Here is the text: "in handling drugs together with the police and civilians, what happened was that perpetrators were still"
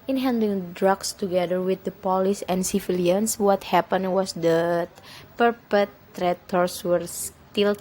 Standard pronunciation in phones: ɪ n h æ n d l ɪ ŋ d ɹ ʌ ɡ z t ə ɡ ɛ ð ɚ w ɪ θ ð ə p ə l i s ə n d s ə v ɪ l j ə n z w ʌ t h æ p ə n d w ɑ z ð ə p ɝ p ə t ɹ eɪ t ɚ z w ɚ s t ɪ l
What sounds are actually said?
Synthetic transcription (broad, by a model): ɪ n h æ n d ɪ ŋ d ɹ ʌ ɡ s t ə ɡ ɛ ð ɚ w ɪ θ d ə p ə l i s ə n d s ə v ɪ l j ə n s w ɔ t h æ p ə n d w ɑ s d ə p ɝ p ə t ɹ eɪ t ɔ s w ɚ s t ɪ l